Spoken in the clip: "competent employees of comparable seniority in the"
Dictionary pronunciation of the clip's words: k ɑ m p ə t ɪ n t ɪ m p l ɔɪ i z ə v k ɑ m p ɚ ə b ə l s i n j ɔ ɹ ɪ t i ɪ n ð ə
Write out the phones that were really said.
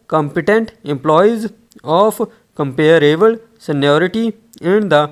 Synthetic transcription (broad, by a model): k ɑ m p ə t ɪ n t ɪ m p l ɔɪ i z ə f k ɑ m p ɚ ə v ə l s i n j ɔ ɹ ɪ t i ɪ n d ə